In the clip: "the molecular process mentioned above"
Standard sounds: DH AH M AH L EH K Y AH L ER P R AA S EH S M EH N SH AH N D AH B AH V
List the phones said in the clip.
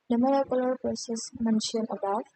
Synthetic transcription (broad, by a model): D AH M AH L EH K Y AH L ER P R AA S EH S M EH N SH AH N AH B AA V